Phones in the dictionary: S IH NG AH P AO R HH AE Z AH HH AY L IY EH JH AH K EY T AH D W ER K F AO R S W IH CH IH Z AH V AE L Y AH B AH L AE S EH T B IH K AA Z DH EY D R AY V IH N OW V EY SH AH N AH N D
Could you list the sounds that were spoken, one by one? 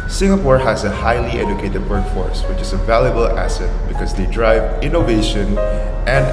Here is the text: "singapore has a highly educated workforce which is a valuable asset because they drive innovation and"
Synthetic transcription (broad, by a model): S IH NG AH P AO R HH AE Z AH HH AY L IY EH JH AH K EY T AH D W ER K F AO R S W IH CH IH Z AH V AE L Y AH B AH L AE S EH T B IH K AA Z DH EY D R AY V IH N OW V EY SH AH N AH N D